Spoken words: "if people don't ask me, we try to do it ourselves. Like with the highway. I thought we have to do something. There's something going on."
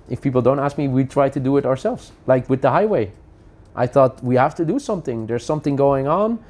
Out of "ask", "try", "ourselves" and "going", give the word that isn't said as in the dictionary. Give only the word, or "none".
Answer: none